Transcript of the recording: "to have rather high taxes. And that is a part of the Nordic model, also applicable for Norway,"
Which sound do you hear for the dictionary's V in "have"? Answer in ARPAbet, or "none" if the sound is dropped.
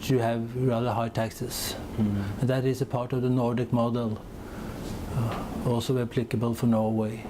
V